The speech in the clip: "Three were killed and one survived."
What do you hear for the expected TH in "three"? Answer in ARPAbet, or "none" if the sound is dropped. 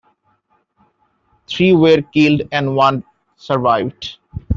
T